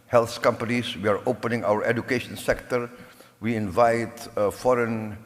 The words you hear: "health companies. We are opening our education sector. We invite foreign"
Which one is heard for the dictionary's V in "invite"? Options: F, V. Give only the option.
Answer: V